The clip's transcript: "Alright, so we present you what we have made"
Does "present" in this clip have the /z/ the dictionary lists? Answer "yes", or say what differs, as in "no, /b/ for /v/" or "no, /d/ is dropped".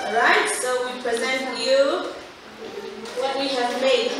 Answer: yes